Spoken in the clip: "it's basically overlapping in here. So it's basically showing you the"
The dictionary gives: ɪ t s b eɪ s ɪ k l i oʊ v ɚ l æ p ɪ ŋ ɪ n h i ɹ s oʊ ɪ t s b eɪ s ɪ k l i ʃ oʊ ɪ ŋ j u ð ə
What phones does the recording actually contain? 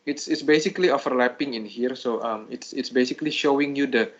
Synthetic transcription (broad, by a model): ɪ t s b eɪ s ɪ k l i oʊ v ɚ l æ p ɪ ŋ ɪ n h i ɹ s oʊ ɪ t s b eɪ s ɪ k l i ʃ oʊ ɪ ŋ j u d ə